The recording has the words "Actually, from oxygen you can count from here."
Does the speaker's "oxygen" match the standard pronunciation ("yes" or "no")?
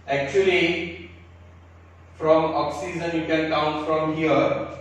no